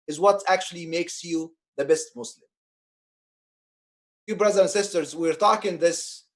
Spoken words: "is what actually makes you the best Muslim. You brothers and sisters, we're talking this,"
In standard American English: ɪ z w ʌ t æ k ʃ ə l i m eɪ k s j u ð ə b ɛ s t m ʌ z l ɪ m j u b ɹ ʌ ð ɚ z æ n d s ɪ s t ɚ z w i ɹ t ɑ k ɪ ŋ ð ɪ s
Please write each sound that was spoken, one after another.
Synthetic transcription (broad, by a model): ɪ z w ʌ t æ k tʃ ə l i m eɪ k s j u ð ə b ɛ s t m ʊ s l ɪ m j u b ɹ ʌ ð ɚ æ n s ɪ s t ɚ z w i ɹ t ɑ k ɪ ŋ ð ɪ s